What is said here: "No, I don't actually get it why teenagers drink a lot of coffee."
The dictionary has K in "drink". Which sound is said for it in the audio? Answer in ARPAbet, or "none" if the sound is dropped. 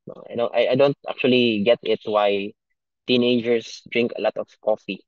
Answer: K